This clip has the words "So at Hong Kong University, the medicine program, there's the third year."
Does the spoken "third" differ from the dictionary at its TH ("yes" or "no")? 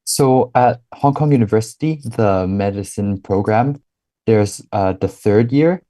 no